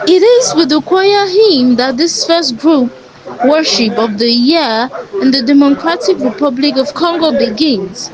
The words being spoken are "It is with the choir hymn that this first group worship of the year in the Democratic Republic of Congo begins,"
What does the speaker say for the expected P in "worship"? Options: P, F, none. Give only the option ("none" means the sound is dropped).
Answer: P